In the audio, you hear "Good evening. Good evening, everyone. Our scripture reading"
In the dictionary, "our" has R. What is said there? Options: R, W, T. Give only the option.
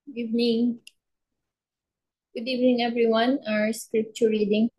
R